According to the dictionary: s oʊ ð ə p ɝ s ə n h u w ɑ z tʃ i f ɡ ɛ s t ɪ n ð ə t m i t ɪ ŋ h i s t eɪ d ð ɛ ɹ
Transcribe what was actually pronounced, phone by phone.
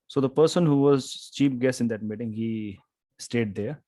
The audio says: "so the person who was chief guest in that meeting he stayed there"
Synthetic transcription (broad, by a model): s oʊ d ə p ɝ s ə n h u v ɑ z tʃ i p ɡ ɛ s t ɪ n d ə t m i t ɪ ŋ h i s t eɪ d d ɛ ɹ